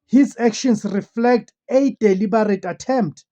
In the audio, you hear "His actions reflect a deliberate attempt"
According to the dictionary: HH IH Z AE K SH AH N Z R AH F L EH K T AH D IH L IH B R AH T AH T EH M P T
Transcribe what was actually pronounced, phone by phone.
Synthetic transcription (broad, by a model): HH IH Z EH K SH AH N S R AH F L EH K T AH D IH L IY B R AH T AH T EH M P T